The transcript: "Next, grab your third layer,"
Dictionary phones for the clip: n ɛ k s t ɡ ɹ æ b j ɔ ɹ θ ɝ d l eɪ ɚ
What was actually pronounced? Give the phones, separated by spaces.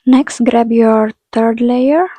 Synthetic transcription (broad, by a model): n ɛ k s t ɡ ɹ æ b j ɔ ɹ t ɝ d l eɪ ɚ